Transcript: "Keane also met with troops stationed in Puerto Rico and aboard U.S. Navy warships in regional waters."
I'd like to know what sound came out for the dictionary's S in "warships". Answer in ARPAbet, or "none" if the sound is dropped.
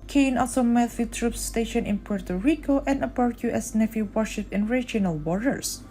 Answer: none